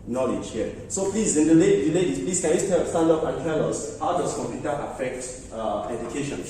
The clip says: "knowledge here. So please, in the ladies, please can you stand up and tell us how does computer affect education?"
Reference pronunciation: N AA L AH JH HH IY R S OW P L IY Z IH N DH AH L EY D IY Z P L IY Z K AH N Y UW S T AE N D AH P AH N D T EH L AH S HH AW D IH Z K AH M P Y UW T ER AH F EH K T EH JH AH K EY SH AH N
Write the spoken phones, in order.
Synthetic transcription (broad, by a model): N AA L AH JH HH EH S OW P L IY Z IH N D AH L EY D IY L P L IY S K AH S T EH S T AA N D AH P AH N T EH L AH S HH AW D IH S K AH M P Y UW T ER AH F EH K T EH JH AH K EY SH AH N